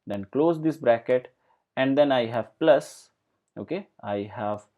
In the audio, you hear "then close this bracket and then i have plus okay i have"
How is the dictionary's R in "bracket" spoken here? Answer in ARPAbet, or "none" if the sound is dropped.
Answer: R